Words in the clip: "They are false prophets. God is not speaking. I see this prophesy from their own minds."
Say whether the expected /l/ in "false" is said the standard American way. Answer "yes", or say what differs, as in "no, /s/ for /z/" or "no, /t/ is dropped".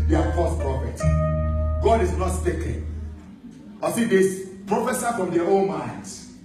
no, /l/ is dropped